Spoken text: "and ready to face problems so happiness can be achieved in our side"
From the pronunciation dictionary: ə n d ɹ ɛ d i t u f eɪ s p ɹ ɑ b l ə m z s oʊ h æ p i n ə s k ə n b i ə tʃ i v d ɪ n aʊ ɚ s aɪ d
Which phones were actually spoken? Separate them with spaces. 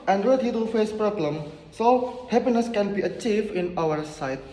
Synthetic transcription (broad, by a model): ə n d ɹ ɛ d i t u f eɪ s p ɹ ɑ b l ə m s oʊ h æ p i n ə s k ə n b i ə tʃ i v d ɪ n aʊ ɚ s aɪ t